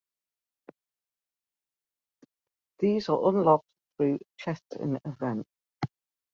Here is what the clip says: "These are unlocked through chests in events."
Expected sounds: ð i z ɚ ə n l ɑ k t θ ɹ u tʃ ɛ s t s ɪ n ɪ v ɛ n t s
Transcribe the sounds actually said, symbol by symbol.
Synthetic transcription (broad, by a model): ð i z ɚ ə n l ɑ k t θ ɹ u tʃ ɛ t ɪ n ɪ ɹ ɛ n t